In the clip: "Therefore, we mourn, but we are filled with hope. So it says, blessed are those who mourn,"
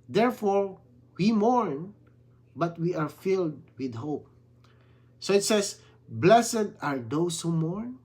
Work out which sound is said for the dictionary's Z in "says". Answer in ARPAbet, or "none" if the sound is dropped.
S